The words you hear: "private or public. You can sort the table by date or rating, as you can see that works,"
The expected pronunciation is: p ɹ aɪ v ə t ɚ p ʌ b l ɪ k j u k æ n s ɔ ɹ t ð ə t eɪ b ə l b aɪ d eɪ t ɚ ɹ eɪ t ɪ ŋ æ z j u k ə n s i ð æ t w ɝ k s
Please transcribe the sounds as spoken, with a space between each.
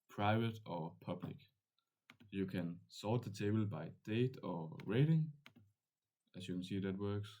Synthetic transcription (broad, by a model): p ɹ aɪ v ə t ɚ p ʌ b l ɪ k j u k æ n s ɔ l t ð ə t eɪ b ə l b aɪ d eɪ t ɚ ɹ eɪ t ɪ ŋ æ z j u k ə n s i ð æ t w ɝ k s